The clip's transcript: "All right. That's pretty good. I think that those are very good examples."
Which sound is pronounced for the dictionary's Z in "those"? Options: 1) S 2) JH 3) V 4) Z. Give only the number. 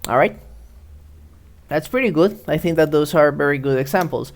1